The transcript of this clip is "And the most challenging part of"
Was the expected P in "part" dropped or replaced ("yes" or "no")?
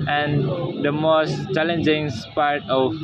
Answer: no